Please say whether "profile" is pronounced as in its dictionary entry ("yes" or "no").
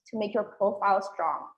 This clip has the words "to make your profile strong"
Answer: yes